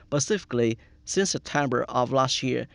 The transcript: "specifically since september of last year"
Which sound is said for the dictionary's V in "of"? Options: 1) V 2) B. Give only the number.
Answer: 1